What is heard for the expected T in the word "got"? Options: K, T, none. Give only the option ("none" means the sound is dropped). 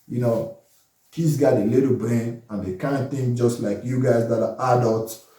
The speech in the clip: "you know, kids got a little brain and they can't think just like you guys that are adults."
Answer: none